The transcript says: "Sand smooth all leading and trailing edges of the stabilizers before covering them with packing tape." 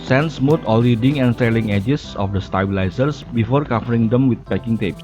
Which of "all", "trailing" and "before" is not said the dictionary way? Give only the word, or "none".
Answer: trailing